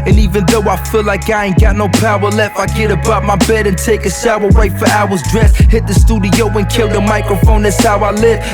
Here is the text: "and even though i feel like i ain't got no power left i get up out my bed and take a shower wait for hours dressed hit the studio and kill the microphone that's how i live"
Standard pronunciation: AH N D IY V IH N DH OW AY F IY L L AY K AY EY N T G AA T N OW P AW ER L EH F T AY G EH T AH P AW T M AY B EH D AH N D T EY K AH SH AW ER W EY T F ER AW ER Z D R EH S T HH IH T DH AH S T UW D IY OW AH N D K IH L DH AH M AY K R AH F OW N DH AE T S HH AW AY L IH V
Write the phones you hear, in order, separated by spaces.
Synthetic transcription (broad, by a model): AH N IY V IH N DH OW AY F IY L L AY K AY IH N G AA T N OW P AW ER L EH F AY G EH T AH B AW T M AY B EH D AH N T EY K AH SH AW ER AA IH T F ER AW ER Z D R EH S HH IH T DH AH S T UW D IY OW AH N K IH L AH M AY K R AH F OW N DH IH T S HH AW AY L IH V